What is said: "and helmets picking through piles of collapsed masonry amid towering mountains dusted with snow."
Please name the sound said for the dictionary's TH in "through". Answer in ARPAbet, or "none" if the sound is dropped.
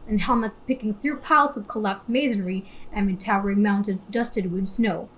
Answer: TH